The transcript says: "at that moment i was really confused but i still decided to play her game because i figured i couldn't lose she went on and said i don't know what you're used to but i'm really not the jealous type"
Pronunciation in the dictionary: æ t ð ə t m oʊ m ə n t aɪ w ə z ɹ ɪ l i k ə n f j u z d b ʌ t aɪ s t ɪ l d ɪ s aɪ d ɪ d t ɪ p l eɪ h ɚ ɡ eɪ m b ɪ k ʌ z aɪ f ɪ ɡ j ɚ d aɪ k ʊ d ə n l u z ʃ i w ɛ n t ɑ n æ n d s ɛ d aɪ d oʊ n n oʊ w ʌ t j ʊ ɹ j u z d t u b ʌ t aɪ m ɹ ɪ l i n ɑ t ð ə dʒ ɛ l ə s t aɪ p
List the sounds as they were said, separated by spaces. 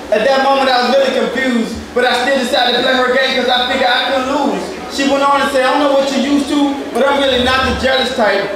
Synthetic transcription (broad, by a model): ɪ t ð ə t m oʊ m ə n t aɪ w ə z ɹ ɪ l i k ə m f j u z d b ʌ t aɪ s t ɪ l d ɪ s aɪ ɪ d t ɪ p l eɪ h ɚ ɡ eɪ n k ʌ z aɪ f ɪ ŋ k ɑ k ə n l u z ʃ i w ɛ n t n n s ɛ ɪ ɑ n n oʊ w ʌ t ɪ j u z t u b ʌ t aɪ m ɹ ɪ l i n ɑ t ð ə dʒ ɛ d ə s t aɪ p